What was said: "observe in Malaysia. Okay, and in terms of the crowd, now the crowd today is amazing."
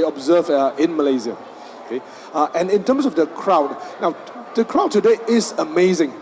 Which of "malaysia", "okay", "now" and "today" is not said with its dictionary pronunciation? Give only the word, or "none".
malaysia